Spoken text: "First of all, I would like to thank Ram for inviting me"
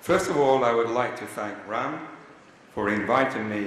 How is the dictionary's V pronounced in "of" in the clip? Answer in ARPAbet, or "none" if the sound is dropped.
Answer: V